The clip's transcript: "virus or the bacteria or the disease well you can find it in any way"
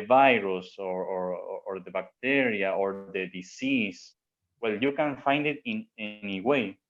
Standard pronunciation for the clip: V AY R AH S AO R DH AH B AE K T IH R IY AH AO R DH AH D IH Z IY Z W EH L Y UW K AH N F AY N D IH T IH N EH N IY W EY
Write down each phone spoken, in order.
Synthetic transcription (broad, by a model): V AY R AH S AO R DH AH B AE K T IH R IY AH AO R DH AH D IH S IY S W EH L Y UW K AH N F AY N D IH T IH N EH N IY W EY